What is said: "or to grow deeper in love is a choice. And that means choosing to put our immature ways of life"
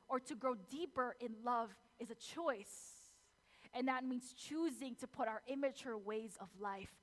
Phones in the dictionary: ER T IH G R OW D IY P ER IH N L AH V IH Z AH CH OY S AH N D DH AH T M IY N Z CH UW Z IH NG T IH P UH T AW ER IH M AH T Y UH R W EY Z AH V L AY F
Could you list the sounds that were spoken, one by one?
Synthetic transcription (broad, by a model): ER T IH G R OW D IY P ER IH N L AH V IH Z AH CH OY S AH N DH AH T M IY N Z CH UW Z IH NG T IH P UH T AW ER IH M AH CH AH R W EY Z AH V L AY F